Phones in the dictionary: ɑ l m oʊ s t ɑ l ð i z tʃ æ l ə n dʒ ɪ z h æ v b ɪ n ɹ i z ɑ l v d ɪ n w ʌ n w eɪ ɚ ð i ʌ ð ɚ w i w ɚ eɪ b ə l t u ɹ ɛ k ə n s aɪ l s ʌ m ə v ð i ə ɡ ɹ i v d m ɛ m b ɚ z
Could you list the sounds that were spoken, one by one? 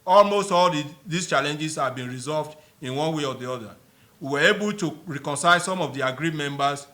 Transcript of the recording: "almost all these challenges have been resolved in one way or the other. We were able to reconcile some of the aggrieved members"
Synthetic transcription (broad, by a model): ɑ l m oʊ s t ɑ l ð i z tʃ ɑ l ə n dʒ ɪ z h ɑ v b ɪ n ɹ i z ɑ l v d ɪ n w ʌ n w eɪ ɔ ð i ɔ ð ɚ w i w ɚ eɪ b ə l t u ɹ ɛ k ə n s aɪ l s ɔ m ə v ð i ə ɡ ɹ i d m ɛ m b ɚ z